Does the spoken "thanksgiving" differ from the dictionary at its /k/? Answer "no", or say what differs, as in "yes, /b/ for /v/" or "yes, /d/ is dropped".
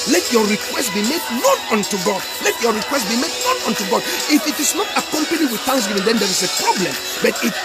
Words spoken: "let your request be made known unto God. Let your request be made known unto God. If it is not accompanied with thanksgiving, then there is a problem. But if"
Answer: yes, /k/ is dropped